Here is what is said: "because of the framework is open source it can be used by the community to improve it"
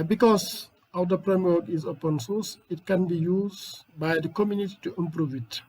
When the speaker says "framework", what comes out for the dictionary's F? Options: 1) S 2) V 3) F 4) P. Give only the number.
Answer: 4